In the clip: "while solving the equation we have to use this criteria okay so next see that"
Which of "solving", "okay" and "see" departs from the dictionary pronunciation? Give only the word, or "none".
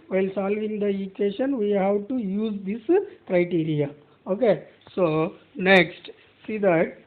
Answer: none